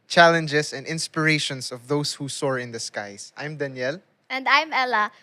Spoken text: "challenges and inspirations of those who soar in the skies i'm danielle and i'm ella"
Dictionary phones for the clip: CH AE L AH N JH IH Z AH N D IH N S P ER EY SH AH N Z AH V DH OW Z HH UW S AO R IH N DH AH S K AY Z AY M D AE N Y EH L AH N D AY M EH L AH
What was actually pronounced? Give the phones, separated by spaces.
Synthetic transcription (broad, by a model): CH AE L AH N JH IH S AH N D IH N S P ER EY SH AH N S AH V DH OW S HH UW S AO R IH N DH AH S K AY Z AY M D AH N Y EH L AH N D AY M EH L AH